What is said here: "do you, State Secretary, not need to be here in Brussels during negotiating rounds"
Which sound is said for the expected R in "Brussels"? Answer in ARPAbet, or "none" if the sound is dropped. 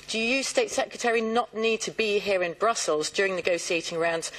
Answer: R